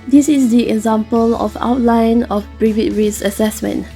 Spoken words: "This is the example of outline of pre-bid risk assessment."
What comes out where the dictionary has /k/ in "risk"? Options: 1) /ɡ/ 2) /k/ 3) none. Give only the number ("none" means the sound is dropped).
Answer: 3